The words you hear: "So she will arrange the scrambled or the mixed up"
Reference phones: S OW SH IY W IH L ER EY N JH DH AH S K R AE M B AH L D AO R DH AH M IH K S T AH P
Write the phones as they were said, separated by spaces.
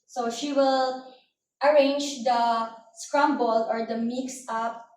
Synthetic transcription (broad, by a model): S OW SH IY W IH L ER EY N JH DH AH S K R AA M B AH L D AO R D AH M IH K S AH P